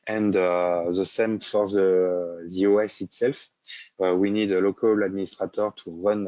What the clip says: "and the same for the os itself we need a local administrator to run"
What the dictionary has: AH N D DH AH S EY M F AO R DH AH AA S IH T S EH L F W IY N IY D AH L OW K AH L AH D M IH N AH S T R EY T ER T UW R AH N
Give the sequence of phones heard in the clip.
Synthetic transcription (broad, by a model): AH N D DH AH S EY M F AO R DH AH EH S IH T S EH L F W IY N IY D AH L OW K AH L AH D M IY N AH S T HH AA T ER T UW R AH N